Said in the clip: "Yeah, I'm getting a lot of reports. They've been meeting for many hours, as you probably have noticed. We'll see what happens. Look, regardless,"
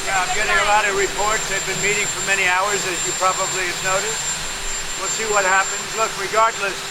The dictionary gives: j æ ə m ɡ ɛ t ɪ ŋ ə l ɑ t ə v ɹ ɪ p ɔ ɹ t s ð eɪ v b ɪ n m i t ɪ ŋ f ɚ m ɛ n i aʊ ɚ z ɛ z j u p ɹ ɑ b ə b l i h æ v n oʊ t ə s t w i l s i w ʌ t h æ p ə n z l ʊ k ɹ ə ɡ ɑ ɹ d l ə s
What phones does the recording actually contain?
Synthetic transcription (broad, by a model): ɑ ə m ɡ ɛ t ɪ ŋ ə l ɑ t ə v ɹ ɪ p ɔ ɹ t s ð eɪ v b ɪ n m i t ɪ ŋ f ɚ m ɛ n i aʊ ɚ z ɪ z j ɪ p ɹ ɑ b ə b l i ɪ v n oʊ t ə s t w i l s i w ʌ t h æ p ə n z l ʊ k ɹ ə ɡ ɑ ɹ d l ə s